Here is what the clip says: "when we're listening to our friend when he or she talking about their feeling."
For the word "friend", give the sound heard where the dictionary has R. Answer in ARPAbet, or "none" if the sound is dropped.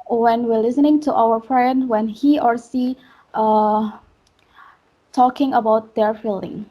R